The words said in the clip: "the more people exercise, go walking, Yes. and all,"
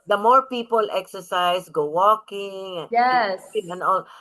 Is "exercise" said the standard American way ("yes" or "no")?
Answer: no